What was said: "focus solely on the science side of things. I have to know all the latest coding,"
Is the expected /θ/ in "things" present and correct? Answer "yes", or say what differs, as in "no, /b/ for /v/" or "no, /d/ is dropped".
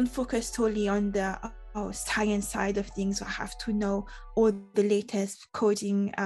yes